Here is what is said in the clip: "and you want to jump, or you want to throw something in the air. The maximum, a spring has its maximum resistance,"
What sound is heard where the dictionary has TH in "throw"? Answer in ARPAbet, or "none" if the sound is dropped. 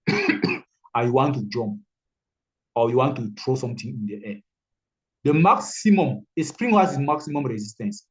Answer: T